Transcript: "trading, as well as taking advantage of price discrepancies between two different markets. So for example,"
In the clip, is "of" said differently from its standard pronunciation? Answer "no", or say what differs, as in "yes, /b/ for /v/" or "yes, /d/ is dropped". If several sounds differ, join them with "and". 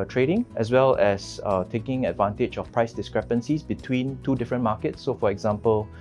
yes, /f/ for /v/